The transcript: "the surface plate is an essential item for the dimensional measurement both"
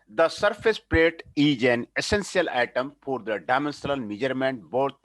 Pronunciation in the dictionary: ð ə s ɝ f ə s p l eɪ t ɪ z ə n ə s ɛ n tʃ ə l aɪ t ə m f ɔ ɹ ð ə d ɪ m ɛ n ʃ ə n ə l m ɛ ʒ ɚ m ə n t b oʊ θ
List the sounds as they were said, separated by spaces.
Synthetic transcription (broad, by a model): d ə s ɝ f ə s p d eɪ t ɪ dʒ ə n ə s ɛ n s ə l aɪ t ə m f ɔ ɹ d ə d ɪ m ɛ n s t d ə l m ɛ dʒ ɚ m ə n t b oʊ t